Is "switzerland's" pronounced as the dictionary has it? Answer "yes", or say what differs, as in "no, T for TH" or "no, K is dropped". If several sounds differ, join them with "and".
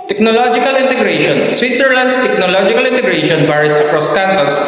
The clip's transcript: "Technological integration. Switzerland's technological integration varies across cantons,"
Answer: no, S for Z